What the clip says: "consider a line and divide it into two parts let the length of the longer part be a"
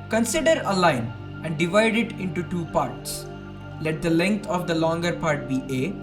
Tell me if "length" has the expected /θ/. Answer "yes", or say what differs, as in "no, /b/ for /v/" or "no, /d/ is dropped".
no, /t/ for /θ/